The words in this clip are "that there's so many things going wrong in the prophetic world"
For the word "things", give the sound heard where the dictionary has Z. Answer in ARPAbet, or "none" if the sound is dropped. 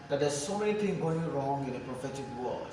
none